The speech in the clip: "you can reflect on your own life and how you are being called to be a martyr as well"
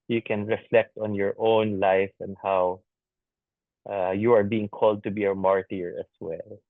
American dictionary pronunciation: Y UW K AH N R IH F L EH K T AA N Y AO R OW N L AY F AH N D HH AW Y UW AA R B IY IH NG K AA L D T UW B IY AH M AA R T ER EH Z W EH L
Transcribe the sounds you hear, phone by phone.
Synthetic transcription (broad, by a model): Y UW K AH N R IH F L EH K T AA N Y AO R OW N L AY F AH N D HH AW Y UW AA R B IY IH NG K AA L D T UW B IY AH M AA R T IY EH S W EH L